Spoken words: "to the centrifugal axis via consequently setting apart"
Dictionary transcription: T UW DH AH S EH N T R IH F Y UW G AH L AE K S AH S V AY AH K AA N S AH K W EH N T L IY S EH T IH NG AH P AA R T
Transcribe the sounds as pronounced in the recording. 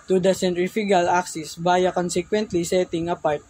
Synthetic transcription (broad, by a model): T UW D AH S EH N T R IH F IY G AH L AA K S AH S B AY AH K AA N S AH K W EH N T L IY S EH T IH NG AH P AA R T